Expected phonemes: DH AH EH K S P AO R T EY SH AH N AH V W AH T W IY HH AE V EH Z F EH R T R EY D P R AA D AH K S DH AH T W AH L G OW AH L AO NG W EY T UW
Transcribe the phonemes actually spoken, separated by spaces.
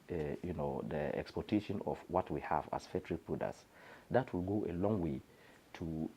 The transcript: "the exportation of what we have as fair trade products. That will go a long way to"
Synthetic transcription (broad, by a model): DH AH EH K S P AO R T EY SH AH N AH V W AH T W IY HH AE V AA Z F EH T R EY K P UW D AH S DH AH T W AH L G OW AH L AO NG W EY T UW